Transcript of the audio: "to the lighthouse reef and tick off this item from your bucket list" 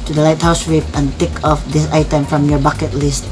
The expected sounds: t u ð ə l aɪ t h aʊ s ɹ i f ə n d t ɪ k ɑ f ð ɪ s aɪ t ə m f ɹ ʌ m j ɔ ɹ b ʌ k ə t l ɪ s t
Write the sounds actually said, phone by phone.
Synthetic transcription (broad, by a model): t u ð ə l aɪ t h aʊ s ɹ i p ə n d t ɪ k ɑ f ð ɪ s aɪ t ə m f ɹ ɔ m j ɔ b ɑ k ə t l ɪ s t